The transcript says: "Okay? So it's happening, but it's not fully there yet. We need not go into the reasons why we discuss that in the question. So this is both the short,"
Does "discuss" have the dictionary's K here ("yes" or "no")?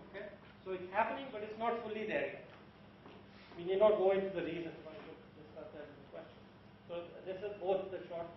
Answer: no